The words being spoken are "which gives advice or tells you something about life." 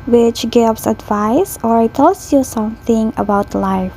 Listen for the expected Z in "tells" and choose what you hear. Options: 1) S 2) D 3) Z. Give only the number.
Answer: 1